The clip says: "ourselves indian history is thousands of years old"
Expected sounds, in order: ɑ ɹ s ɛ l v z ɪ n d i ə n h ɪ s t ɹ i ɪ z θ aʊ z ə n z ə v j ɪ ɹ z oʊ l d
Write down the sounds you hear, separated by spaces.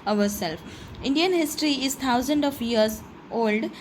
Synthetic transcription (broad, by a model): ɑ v s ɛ l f ɪ n d i ə n h ɪ s t ɹ i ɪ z t aʊ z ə n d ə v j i ɹ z oʊ l d